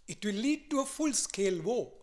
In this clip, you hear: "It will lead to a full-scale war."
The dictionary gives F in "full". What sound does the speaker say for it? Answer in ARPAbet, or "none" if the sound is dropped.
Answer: F